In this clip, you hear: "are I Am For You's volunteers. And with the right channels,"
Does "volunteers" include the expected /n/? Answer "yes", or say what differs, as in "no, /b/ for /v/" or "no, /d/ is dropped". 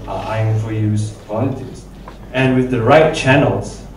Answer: no, /n/ is dropped